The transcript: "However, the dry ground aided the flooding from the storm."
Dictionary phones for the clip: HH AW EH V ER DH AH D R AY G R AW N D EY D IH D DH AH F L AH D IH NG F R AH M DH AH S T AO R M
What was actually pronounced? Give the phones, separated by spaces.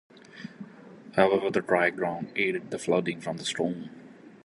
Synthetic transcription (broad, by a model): HH AW EH V ER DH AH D R AY G R AW N D EY D IH D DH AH F L AH D IH NG F R AH M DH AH S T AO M